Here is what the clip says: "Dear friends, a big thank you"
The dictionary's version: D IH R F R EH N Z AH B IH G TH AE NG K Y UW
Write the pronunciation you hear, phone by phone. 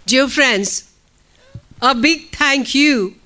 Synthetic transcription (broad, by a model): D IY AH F R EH N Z AH B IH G T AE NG K Y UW